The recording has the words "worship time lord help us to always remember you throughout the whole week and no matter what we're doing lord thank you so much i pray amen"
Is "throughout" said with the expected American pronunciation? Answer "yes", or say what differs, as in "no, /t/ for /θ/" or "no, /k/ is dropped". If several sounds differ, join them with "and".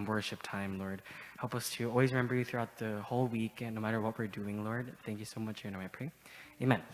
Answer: yes